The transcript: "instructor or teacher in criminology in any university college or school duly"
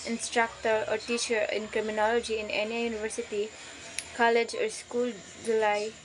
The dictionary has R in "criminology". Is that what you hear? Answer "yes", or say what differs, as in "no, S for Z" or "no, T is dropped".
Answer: yes